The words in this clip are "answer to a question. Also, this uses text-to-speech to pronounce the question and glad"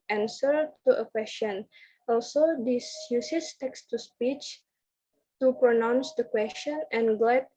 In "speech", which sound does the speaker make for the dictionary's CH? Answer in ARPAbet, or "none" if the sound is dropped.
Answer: CH